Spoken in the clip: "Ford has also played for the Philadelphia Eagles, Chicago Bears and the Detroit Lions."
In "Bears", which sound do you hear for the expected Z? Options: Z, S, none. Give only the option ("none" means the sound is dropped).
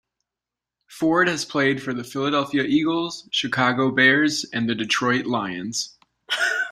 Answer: Z